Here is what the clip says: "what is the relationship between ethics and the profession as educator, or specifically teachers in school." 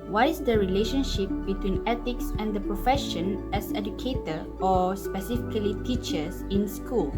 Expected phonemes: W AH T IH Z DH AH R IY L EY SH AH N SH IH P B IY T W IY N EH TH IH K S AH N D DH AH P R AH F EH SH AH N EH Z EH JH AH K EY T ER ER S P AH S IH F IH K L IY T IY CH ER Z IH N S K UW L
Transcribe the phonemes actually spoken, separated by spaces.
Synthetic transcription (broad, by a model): W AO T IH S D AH R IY L EY SH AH N SH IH P B IY T W IY N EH T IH K S AH N D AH P R AH F EH SH AH N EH S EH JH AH K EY T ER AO S P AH S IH F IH K L IY T IY CH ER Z IH N S K UW L